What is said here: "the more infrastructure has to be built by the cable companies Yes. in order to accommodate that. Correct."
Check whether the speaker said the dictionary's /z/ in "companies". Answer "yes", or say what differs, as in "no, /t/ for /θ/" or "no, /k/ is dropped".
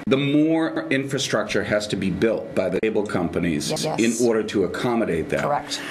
yes